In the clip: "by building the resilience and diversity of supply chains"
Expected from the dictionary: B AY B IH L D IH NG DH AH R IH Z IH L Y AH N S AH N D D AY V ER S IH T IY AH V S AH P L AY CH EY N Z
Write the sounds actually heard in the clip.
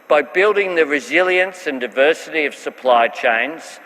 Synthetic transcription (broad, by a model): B AY B IH L D IH NG DH AH R IH Z IH L Y AH N S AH N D D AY V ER S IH T IY AH V S AH P L AY CH EY N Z